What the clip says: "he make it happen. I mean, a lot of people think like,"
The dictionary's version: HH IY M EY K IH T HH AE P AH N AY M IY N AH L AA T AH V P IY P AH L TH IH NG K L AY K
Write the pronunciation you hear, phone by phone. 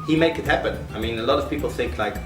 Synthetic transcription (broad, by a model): HH IY M EY K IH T HH AE P AH N AY M IY N AH L AA T AH V P IY P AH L TH IH NG K L AY K